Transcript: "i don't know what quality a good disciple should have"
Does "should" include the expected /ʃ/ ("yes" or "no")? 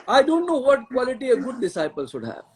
no